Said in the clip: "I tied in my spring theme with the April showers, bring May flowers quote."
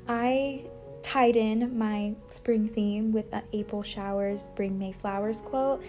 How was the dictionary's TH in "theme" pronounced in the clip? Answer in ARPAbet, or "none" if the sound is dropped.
TH